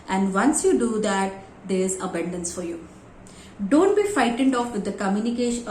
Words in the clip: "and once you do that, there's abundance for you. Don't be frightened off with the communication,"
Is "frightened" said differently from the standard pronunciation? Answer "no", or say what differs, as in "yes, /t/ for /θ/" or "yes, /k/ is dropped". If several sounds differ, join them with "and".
yes, /ɹ/ is dropped